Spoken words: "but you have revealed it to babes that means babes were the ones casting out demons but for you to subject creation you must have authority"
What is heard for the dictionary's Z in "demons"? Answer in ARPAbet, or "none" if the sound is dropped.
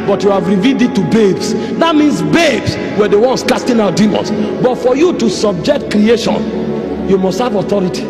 S